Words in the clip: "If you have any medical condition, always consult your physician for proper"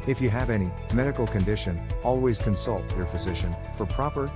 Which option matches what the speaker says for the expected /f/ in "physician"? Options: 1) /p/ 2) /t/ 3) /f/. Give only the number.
3